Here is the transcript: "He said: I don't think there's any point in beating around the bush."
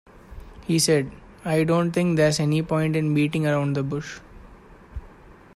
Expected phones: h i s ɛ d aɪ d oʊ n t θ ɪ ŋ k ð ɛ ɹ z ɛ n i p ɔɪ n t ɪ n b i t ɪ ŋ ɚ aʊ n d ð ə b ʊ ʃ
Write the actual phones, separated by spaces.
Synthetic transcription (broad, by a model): h i s ɛ d aɪ d oʊ n t t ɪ ŋ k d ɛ ɹ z ɛ n i p ɔɪ n t ɪ n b i t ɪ ŋ ɚ aʊ n d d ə b ʊ ʃ